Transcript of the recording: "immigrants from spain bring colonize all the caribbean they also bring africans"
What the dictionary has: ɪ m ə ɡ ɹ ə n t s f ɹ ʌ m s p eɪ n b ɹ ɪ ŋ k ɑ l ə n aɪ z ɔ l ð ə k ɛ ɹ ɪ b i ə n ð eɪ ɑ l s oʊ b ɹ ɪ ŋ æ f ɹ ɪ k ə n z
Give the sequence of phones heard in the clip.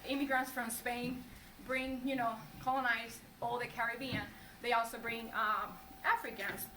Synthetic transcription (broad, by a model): ɪ m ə ɡ ɹ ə n t s f ɹ ʌ m s p eɪ n b ɹ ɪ ŋ k ɑ l ə n aɪ z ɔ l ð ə k ɛ ɹ ɪ b i ə n ð eɪ ɑ l s oʊ b ɹ ɪ ŋ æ f ɹ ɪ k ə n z